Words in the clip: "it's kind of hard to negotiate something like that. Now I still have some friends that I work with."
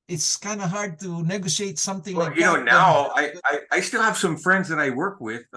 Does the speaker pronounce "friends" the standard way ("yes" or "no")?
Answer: yes